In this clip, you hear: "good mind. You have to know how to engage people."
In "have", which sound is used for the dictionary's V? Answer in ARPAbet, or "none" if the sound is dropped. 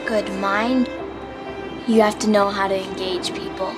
F